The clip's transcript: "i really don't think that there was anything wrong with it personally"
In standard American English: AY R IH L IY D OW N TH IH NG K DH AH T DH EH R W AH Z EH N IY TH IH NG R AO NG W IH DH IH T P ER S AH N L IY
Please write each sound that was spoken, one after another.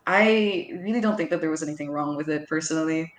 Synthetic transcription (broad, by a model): AY R IH L IY D OW N TH IH NG K DH AH T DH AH R W AH Z EH N IY TH IH NG R AO NG W IH DH IH T P ER S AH N L IY